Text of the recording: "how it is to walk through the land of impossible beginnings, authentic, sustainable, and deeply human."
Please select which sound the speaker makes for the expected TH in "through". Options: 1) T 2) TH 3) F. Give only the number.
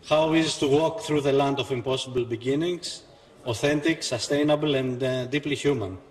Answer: 2